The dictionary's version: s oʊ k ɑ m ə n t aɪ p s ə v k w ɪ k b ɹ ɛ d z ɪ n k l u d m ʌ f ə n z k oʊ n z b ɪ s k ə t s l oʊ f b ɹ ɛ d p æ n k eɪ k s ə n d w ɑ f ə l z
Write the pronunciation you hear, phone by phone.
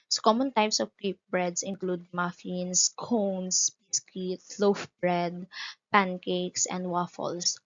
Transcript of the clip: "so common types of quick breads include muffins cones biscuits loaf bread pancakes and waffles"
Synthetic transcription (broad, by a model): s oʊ k ɑ m ə n t aɪ p s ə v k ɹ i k b ɹ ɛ d s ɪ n k l u d m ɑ f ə n s k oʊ n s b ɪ s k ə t l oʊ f b ɹ ɛ d p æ n k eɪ k s ə n d w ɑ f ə l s